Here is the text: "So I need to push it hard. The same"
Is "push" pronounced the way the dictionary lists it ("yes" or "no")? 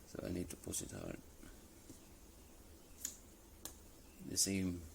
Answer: no